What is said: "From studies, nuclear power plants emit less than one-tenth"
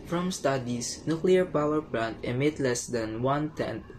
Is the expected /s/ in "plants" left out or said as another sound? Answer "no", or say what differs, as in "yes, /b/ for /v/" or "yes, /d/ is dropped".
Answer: yes, /s/ is dropped